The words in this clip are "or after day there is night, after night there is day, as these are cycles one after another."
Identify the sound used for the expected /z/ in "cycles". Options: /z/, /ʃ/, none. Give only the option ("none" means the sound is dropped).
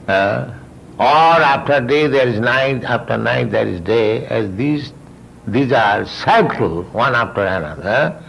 none